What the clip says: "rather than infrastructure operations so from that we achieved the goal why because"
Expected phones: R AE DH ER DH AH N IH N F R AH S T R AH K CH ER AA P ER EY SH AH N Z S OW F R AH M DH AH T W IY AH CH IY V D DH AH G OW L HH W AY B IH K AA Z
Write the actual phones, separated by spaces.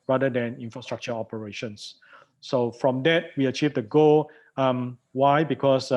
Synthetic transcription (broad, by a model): R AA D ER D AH N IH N F R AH S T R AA K CH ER AA P ER EY SH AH N S OW F R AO M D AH T W IY AH CH IY V D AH G OW L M W AY B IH K AA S